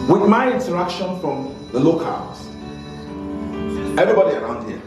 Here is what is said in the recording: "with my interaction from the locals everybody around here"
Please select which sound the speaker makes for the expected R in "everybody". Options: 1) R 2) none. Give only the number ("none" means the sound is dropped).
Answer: 1